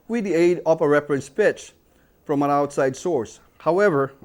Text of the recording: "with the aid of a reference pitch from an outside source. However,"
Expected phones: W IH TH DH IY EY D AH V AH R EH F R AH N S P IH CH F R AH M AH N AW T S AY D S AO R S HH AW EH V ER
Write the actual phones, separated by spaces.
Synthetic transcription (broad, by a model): W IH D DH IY EY D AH P AH R EH F R AH N S P IH CH F R AH M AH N AW T S AY D S AO R S HH AW EH V ER